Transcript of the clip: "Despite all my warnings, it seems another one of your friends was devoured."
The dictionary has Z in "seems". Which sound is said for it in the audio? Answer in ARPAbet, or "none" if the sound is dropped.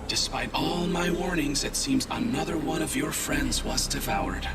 Z